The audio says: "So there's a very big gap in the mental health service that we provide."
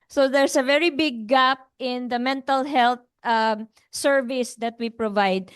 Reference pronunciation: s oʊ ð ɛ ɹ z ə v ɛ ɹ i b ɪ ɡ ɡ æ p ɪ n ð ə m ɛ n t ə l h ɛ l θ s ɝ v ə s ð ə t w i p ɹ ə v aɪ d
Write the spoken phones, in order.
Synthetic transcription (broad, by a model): s oʊ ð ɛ ɹ s ə v ɛ ɹ i b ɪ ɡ ɡ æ p ɪ n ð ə m ɛ n t ə l h ɛ l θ s ɝ v ə s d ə t w i p ɹ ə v aɪ d